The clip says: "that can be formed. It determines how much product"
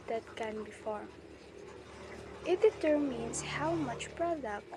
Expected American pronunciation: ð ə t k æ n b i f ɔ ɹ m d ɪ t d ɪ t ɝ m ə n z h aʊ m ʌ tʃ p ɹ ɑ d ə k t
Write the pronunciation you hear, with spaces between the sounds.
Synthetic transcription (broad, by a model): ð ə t k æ n b i f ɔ ɹ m ɪ t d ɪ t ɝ m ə n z h aʊ m ʌ tʃ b ɹ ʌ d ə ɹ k